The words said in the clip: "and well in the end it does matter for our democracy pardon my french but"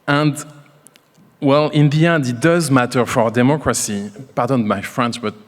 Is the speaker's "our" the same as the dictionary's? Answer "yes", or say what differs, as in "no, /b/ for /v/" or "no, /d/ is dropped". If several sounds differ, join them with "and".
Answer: yes